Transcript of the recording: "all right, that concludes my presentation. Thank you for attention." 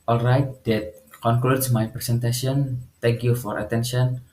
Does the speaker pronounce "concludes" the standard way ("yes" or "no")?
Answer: no